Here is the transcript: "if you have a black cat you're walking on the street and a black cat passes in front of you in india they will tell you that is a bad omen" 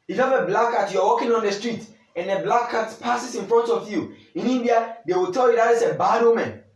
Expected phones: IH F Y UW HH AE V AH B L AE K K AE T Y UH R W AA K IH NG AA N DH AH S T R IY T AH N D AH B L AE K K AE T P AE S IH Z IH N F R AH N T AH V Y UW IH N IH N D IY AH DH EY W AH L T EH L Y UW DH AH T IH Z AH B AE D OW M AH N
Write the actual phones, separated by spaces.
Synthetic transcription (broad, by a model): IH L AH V AH B L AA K K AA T Y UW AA W AA K IH NG AA N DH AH S T R IY T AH N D AH B L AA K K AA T P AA S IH S IH N F R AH N T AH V Y UW IH N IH N D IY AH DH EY W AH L T EH L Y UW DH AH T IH S AH B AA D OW M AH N